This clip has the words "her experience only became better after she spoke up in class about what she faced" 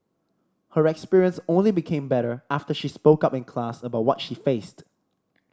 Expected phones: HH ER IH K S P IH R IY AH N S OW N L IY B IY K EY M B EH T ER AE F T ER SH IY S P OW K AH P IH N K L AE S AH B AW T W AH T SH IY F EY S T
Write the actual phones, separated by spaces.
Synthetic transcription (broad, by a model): HH ER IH K S P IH R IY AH N S OW N L IY B IY K EY M B EH T ER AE F T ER SH IY S P OW K AH P IH N K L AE S AH B AW T W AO T SH IY F EY S T